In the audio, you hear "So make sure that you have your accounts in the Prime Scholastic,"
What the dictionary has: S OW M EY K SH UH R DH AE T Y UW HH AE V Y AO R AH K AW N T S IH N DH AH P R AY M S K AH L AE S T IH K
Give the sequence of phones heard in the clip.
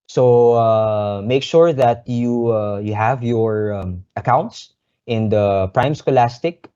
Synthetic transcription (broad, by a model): S OW M EY K SH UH R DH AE T Y UW HH AE V Y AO R AH K AW N T S IH N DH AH P R AY M S K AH L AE S T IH K